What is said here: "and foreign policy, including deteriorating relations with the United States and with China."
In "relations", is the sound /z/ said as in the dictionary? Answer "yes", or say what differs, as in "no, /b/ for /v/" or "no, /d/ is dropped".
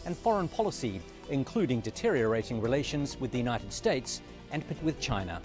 yes